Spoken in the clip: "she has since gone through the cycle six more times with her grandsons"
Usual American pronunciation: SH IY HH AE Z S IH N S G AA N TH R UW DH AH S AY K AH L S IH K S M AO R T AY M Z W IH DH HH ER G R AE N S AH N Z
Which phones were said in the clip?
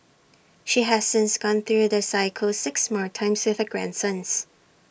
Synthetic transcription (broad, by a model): SH IY HH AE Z S IH N S G AA N TH R UW DH AH S AY K AH L S IH K S M AO R T AY M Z W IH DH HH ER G R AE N S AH N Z